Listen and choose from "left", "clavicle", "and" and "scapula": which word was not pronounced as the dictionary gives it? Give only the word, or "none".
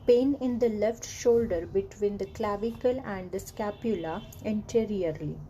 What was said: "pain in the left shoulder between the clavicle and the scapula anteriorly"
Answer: none